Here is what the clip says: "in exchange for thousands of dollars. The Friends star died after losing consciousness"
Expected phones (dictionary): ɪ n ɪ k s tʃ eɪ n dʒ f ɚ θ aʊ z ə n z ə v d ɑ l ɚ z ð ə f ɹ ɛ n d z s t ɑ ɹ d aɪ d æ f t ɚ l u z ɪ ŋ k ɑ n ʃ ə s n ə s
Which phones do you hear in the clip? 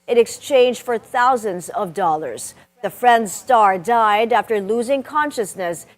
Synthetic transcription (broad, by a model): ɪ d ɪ k s tʃ eɪ n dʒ f ɚ θ aʊ z ə n z ə v d ɑ l ɚ z ð ə f ɹ ɛ n d z s t ɑ ɹ d aɪ d æ f t ɚ l u z ɪ ŋ k ɑ n ʃ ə s n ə s